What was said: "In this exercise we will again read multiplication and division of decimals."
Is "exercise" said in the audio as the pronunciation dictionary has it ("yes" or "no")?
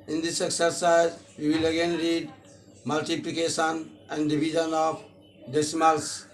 yes